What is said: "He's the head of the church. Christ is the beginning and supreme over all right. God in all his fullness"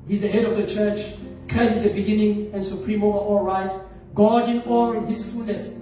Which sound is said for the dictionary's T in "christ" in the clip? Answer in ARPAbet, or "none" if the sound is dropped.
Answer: none